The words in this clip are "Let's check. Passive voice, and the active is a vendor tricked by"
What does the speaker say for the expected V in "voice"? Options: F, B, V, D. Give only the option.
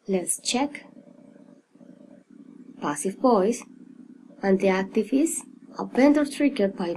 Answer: B